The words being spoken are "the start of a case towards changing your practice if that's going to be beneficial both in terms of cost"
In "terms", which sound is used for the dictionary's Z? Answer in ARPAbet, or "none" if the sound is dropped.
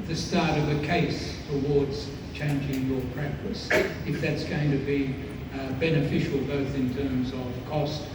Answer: Z